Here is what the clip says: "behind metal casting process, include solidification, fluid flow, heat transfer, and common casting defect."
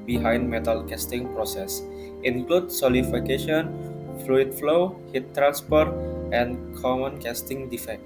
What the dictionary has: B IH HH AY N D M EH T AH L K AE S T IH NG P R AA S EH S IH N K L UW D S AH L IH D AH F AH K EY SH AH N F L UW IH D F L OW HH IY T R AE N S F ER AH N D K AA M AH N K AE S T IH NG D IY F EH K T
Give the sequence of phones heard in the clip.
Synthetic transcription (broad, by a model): B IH HH AY N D M EH T AH L K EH S T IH NG P R AA S EH S IH N K L UW D S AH L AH F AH K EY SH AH N F L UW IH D F L OW HH IY T R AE N S P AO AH N K AA M AH N K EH S T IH NG D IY F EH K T